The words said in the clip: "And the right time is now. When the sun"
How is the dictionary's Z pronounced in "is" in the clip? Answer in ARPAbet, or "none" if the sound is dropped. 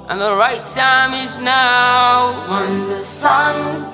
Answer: Z